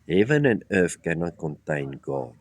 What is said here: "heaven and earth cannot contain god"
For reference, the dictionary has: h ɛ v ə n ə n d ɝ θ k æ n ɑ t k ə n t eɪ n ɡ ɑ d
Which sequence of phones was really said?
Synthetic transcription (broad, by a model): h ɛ v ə n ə n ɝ f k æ n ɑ k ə n t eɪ n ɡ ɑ